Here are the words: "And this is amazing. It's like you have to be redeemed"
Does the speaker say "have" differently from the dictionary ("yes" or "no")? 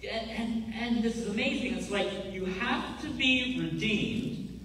yes